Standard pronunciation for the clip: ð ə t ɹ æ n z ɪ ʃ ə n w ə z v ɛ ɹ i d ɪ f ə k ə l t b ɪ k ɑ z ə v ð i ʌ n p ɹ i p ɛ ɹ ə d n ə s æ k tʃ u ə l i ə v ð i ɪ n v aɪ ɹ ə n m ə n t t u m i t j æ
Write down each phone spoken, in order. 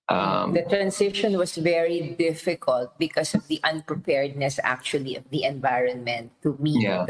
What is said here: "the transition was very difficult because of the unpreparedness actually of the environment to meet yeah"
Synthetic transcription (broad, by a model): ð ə t ɹ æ n s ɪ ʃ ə n w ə s v ɛ ɹ i d ɪ f ə k ə l t b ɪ k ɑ s ə v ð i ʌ n p ɹ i p ɛ ɹ d n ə s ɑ k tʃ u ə l i ə v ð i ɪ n v aɪ ɹ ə n m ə n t t u m i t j